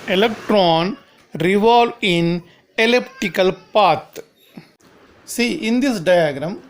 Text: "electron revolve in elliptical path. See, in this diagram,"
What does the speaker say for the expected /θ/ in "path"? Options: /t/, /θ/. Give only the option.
/t/